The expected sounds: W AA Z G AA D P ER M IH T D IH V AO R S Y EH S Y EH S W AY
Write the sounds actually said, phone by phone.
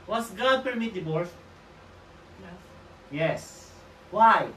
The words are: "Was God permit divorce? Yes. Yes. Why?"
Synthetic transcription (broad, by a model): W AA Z G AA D P ER M IH T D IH B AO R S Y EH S Y EH S W AY